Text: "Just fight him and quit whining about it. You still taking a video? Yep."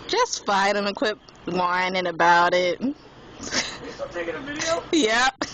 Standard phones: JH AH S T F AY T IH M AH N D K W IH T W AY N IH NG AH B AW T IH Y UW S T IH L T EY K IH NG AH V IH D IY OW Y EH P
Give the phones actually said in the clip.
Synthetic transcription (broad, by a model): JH AH S T F AY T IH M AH K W IH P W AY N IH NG AH B AW T IH T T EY IH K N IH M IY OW Y EH P